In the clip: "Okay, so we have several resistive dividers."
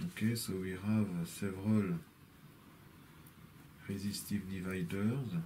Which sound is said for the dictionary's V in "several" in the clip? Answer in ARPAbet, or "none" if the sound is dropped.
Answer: V